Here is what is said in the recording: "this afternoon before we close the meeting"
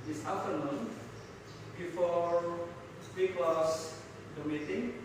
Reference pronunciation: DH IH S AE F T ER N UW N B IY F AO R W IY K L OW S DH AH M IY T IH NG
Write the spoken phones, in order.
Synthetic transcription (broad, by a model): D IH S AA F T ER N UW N B IY F AO R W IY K W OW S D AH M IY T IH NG